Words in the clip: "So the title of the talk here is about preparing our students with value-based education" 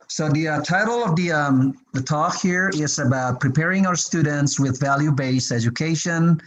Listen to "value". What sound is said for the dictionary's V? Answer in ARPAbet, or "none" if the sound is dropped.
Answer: V